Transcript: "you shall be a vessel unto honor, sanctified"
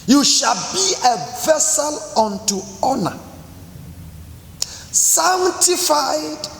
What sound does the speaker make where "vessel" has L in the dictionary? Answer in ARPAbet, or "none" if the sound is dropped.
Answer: L